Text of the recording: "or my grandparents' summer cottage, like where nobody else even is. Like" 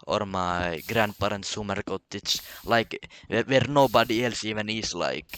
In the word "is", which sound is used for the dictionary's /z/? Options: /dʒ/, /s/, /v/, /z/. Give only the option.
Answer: /s/